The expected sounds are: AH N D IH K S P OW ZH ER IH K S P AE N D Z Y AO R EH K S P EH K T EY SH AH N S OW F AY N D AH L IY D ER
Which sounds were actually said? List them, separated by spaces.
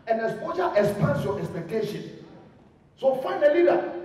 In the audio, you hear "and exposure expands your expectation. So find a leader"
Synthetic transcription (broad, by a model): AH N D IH S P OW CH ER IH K S P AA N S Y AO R EH K S P EH K T EY SH AH N S OW F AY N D AH L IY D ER